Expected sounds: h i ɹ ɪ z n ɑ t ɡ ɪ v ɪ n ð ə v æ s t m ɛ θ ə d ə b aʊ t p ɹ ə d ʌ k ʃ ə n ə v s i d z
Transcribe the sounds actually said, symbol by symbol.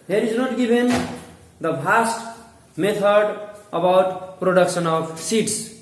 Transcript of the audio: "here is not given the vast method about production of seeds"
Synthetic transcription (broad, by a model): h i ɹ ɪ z n ɑ t ɡ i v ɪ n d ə p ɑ s t m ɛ t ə d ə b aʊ t p ɹ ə d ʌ k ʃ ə n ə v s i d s